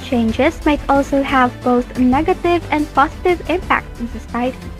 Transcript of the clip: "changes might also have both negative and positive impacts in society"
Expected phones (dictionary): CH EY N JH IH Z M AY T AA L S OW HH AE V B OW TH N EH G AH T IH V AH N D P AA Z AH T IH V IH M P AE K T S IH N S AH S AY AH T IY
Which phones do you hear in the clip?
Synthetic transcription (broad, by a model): CH EY N JH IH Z M AY T AA L S OW HH AE V B OW TH N EH G AH T IH V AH N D P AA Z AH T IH V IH M P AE K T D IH S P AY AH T